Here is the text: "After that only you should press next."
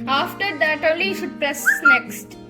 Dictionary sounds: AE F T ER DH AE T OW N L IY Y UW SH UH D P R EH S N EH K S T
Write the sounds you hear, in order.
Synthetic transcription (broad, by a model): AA F T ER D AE T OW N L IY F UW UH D P R EH S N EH K S T